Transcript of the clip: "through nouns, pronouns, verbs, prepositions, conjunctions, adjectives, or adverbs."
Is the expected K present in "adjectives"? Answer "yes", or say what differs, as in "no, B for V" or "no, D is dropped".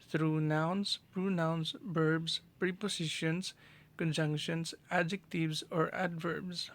yes